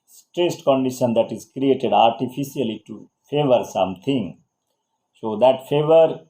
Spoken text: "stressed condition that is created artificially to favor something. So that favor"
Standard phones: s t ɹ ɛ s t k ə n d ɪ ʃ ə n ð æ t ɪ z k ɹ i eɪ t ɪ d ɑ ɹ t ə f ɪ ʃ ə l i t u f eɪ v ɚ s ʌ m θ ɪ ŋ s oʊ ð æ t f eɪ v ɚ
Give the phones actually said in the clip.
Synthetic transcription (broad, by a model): s t ɹ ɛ s t k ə n d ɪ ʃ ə n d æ t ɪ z k ɹ i eɪ t ɪ d ɑ ɹ t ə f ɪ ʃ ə l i t u f eɪ v ɚ s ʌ m t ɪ ŋ s oʊ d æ t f eɪ v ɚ